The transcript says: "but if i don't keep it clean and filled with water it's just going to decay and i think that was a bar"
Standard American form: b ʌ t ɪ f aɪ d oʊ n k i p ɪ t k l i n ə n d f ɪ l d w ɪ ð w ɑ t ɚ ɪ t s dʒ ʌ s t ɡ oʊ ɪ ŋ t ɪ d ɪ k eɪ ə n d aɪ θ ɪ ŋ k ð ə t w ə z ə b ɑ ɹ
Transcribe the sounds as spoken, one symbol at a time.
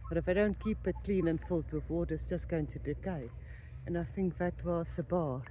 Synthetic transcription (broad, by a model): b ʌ t ɪ f aɪ d oʊ n k i p ɪ t k l i n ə n f ɪ l d w ɪ ð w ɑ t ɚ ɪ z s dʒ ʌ s ɡ oʊ ɪ ŋ t ɪ d ɪ k eɪ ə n aɪ θ ɪ ŋ k ð ə t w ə s ə b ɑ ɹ